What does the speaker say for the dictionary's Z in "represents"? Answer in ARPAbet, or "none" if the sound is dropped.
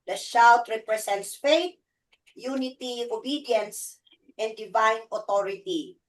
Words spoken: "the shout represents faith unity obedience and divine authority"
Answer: S